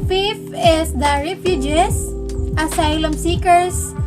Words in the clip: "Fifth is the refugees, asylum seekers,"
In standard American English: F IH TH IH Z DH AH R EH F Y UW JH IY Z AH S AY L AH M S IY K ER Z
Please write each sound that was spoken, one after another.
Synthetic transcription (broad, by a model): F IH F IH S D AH R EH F Y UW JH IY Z AH S AY L AH M S IY K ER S